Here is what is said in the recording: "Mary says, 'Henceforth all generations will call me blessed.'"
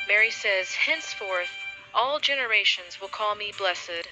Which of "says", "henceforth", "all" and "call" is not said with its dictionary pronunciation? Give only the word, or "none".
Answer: none